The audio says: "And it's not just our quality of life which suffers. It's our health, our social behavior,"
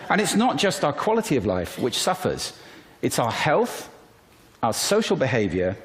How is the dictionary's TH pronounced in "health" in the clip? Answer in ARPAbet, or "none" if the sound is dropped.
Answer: TH